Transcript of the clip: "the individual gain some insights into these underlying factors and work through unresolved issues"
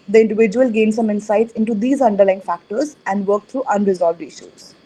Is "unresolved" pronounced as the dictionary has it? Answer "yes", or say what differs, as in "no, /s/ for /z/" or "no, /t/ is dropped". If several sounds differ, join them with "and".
yes